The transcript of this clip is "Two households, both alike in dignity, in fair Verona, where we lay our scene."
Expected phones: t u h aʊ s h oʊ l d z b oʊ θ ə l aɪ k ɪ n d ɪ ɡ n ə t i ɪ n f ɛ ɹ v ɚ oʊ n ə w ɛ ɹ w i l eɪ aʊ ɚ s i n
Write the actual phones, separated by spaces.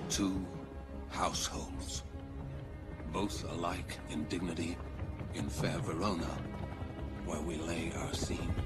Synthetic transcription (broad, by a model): t u h aʊ s h oʊ l d z b oʊ θ ə l aɪ k ɪ n d ɪ ɡ n ə t i ɪ n f ɛ ɹ v ɚ oʊ n ə w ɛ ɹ w i l eɪ aʊ ɚ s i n